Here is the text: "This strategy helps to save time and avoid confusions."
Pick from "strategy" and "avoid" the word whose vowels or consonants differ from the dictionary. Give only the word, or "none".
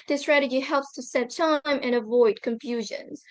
none